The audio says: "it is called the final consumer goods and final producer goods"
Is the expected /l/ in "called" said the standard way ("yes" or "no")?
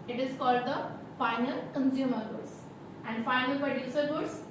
yes